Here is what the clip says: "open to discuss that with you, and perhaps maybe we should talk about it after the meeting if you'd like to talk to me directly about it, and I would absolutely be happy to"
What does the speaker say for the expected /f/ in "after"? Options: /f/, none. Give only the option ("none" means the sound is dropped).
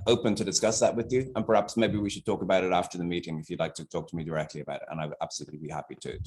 /f/